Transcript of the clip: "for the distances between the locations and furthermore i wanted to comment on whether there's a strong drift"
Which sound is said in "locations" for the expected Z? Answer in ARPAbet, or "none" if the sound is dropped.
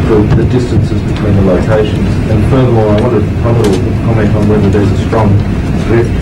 Z